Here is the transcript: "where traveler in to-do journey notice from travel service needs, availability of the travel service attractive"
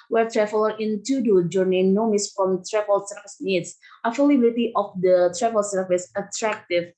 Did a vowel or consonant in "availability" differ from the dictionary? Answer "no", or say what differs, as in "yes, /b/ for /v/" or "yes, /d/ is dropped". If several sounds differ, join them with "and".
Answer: yes, /f/ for /v/